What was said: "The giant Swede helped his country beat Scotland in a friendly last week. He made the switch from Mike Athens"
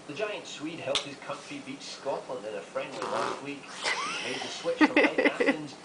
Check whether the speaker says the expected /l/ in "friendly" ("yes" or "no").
no